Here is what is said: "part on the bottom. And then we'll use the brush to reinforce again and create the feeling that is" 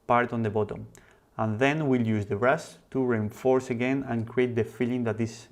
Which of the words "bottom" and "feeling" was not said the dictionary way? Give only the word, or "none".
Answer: none